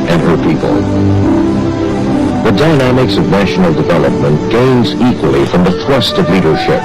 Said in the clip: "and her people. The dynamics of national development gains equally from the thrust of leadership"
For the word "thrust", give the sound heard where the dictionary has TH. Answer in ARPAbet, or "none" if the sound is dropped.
TH